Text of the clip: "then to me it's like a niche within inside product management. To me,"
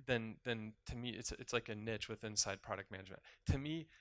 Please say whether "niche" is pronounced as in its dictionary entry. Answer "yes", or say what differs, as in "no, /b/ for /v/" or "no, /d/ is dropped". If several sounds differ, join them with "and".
yes